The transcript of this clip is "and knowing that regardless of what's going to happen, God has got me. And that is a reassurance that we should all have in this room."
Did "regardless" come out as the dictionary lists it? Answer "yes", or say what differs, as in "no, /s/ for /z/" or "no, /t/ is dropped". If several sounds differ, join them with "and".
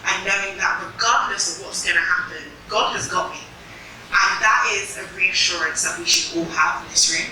no, /n/ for /l/